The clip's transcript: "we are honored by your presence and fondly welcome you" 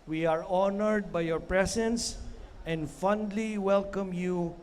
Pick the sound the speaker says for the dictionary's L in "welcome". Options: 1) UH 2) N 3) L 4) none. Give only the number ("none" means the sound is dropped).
3